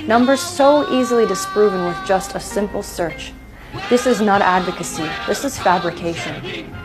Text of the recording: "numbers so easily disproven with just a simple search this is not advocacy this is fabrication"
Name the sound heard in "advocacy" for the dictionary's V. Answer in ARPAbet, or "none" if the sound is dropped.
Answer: V